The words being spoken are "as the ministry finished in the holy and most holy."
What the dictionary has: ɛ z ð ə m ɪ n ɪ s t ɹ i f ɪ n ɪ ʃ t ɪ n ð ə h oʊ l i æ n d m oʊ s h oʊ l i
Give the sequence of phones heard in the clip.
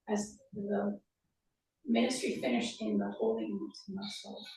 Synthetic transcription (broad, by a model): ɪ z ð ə m ɪ n ɪ s t ɹ i f ɪ n ɪ ʃ t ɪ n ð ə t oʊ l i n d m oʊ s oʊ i